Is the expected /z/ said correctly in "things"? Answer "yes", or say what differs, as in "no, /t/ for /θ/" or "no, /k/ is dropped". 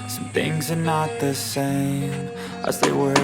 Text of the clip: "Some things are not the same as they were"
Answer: yes